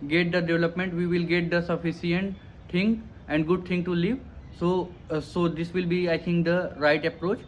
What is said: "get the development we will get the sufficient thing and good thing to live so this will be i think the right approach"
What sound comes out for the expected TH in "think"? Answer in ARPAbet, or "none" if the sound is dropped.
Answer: T